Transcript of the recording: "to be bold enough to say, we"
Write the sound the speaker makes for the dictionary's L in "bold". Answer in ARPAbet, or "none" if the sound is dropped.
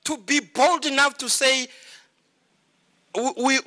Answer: L